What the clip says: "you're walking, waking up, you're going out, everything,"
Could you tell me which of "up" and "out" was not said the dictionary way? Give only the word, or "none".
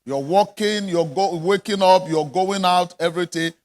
none